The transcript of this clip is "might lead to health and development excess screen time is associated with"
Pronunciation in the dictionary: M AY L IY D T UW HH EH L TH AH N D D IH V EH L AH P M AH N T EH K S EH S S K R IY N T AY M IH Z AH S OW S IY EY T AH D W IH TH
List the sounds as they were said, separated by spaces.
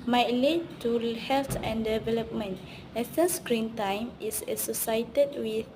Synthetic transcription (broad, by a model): M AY L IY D T UW HH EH L T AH N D D IH V EH L AH P M AH N T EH S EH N S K R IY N T AY M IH S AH S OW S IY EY T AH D W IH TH